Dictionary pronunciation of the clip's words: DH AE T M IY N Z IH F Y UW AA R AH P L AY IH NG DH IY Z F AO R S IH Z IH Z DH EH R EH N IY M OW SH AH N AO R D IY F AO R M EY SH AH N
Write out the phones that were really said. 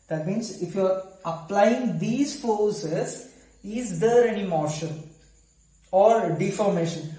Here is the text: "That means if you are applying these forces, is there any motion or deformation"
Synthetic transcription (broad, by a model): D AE T M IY N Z IH F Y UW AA R AH P L AY IH NG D IY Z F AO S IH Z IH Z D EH R EH N IY M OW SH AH L AO R D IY F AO R M EY SH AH N